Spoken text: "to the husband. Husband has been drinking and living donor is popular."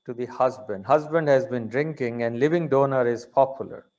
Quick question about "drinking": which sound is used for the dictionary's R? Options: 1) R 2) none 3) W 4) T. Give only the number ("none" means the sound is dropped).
1